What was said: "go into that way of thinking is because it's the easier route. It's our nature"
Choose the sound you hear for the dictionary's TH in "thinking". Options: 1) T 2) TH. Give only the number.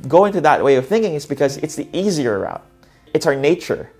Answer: 2